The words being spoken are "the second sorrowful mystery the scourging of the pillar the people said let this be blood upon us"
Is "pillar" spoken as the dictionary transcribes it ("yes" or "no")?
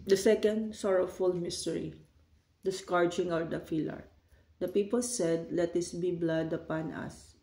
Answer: no